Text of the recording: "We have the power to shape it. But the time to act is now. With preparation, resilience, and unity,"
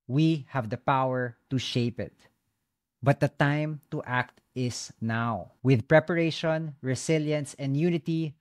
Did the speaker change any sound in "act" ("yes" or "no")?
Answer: no